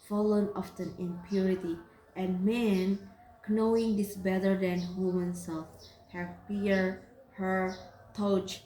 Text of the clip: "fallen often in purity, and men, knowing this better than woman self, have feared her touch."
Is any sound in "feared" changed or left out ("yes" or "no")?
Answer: yes